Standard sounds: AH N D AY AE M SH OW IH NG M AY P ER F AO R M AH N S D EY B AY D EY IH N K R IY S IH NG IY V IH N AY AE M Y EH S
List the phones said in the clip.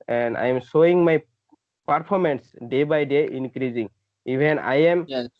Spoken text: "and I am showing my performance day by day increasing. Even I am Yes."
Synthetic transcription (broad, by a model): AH N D AY M S OW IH NG M AY P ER P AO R M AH N S D EY B AY D EY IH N K R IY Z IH NG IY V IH N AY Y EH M